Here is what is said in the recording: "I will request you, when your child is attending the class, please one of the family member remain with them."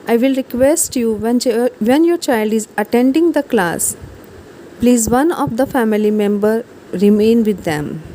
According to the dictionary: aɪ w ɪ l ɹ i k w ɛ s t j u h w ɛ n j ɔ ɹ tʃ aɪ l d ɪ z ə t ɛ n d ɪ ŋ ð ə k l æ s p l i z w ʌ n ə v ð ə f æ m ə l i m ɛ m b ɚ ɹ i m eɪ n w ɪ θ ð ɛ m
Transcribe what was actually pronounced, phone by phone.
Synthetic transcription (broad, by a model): aɪ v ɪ l ɹ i k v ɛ s t j u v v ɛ n j ɔ ɹ tʃ aɪ l d ɪ z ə t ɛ n d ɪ ŋ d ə k l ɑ s p l i z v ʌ n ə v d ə f æ m ə l i m ɛ m b ɚ ɹ i m eɪ n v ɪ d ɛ m